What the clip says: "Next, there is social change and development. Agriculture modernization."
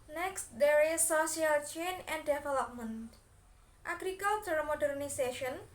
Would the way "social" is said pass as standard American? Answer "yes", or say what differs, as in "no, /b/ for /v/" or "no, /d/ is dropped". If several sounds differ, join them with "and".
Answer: no, /s/ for /ʃ/